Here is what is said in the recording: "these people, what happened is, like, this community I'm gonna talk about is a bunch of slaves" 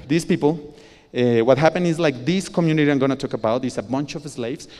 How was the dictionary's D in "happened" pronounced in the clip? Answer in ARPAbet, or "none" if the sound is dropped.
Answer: none